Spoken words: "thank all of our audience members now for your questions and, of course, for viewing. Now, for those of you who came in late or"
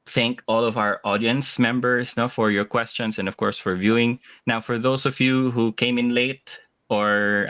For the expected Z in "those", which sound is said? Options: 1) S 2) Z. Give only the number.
1